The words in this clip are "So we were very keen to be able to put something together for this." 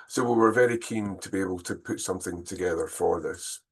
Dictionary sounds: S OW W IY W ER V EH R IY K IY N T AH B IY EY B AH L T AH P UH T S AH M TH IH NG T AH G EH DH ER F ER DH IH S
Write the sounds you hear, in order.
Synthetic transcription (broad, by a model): S OW W IY W ER V EH R IY K IY N T AH B IY EY B AH L T AH P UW T S AH M TH IH NG T AH G EH DH ER F ER DH IH S